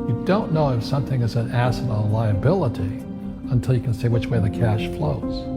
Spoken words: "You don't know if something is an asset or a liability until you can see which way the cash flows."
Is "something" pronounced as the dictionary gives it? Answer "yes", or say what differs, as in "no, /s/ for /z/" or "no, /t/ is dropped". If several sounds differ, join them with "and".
yes